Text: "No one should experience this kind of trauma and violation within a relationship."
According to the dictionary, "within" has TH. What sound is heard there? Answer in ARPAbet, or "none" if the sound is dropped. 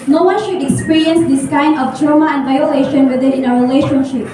T